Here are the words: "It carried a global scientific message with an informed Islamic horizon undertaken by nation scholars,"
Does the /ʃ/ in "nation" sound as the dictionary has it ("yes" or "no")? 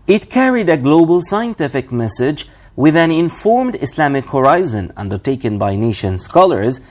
yes